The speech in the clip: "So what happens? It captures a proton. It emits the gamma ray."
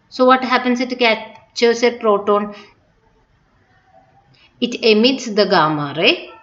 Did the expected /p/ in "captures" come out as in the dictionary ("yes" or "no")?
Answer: no